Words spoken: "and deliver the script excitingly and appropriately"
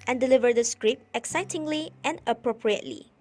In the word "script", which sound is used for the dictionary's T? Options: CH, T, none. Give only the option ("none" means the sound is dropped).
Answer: none